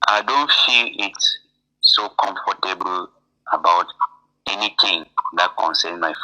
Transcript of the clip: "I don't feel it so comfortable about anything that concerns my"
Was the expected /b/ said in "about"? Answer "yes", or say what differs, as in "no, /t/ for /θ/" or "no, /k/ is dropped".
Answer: yes